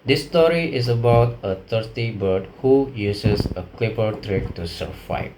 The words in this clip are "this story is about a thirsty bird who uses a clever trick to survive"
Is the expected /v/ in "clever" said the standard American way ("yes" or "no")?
no